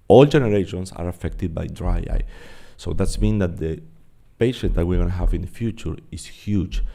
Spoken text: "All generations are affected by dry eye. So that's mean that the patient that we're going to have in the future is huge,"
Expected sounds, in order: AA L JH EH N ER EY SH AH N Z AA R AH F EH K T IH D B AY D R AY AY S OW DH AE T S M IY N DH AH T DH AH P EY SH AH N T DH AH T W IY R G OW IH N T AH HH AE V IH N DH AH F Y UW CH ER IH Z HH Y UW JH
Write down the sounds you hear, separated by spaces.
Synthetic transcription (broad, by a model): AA L JH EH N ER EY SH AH N S AA R AH F EH K T IH D B AY D R AY AY S OW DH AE T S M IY N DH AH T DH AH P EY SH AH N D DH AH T W IY R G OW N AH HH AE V IH N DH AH F Y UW CH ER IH S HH Y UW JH